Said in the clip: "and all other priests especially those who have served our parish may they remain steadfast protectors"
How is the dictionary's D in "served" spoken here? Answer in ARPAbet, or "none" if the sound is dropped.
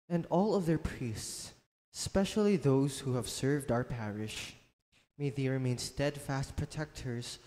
D